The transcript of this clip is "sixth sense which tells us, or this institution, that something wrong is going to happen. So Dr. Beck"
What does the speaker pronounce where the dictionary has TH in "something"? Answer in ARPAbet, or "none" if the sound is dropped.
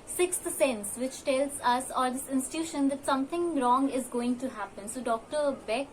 T